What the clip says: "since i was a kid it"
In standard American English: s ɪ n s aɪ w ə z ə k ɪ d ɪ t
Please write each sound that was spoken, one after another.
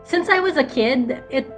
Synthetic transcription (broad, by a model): s ɪ n s aɪ w ə z ə k ɪ d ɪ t